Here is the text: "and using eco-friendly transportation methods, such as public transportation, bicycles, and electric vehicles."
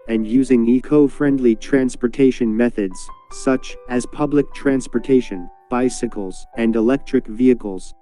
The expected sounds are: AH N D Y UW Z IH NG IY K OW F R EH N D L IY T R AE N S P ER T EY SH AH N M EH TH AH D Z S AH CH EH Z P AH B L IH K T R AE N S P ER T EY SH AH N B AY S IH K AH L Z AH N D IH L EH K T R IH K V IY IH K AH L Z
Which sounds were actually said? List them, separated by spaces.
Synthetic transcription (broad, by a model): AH N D Y UW Z IH NG IY K OW F R EH N D L IY T R AE N S P ER T EY SH AH N M EH TH AH D Z S AH CH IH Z P AH B L IH K T R AE N S P ER T EY SH AH N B AY S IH K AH L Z AH N D IH L EH K T R IH K V IY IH K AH L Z